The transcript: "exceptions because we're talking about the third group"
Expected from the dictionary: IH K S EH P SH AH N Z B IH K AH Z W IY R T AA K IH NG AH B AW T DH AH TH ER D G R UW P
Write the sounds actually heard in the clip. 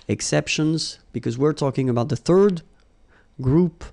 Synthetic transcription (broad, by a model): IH K S EH P SH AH N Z B IH K AH Z W IY R T AA K IH NG AH B AW T DH AH TH ER D G R UW P